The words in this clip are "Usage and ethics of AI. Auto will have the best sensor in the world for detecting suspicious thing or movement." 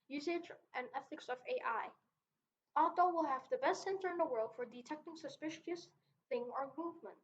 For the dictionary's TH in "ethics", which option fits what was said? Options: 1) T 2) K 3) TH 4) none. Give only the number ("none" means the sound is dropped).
3